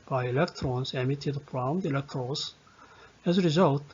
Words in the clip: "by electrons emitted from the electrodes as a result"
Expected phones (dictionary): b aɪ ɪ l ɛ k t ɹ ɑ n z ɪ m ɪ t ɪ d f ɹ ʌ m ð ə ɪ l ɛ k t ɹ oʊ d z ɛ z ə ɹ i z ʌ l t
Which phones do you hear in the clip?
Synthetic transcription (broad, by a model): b aɪ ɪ l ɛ k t ɹ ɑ n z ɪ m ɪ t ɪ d p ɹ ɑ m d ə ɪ l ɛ k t ɹ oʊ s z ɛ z ə ɹ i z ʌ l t